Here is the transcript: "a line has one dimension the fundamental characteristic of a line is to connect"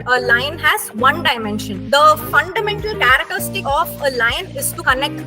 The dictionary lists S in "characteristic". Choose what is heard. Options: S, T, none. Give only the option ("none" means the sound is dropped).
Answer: none